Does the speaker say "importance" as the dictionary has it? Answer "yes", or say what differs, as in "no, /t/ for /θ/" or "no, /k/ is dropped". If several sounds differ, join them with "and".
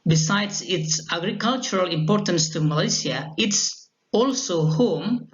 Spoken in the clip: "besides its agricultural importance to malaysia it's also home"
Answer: yes